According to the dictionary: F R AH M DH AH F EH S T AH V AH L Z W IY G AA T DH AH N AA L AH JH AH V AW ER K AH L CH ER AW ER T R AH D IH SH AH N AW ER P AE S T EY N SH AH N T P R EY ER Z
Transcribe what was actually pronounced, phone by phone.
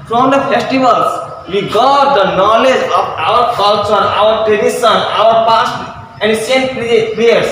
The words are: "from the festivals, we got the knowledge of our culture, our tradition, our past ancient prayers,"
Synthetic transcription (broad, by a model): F R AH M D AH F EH S T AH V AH L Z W IY G AA T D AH N AA L AH JH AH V AW ER K AH L CH ER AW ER T R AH D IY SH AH N AW ER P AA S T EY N S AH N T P R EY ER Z